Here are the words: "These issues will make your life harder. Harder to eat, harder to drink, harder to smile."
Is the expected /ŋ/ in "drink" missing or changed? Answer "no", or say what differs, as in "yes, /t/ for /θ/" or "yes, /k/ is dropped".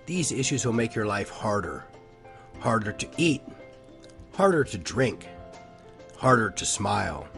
no